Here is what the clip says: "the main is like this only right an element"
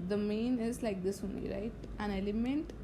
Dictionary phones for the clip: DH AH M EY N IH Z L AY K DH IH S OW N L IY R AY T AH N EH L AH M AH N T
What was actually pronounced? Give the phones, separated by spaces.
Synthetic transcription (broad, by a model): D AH M EY N IH Z L AY K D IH S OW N IY R AY T AH N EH L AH M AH N T